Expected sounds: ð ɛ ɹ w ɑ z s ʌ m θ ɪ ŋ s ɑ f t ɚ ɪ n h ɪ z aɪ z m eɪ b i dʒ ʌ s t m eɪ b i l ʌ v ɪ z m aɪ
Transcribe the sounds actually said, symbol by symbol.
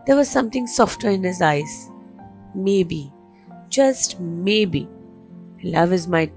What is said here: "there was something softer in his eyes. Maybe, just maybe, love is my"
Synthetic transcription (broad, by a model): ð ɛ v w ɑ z s ʌ m t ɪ ŋ s ɑ f t ɚ ɪ n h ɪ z aɪ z m eɪ b i dʒ ʌ s t m eɪ b i l ʌ v ɪ z m aɪ